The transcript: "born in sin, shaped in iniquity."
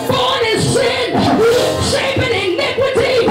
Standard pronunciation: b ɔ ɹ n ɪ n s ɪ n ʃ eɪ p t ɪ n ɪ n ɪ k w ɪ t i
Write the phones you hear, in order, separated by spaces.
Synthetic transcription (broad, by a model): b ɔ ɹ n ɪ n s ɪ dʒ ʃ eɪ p ɪ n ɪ n ɪ k w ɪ t i